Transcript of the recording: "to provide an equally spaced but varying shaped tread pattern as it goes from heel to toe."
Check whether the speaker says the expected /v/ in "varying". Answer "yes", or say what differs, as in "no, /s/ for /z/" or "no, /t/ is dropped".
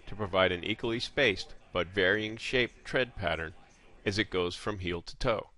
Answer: yes